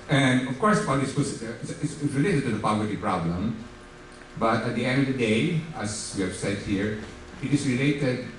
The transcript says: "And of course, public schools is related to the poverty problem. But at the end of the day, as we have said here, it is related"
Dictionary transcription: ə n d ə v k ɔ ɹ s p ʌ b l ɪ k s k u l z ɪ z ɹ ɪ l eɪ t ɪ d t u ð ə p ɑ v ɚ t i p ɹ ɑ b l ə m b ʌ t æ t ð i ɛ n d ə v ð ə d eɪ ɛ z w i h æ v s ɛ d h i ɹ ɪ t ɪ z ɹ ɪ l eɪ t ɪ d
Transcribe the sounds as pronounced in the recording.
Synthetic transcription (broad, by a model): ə n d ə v k ɔ ɹ s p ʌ l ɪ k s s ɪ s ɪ s ɹ ɪ l eɪ t ɪ d t u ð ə p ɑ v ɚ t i p ɹ ɑ b l ə m b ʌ t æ t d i ɛ n d ə v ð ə d eɪ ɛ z w i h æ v s ɛ d h i ɹ ɪ t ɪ s ɹ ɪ l eɪ t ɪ d